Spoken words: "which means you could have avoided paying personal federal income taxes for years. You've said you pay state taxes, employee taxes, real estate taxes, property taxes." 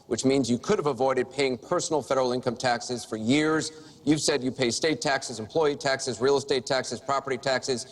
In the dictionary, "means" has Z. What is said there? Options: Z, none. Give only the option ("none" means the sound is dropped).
Z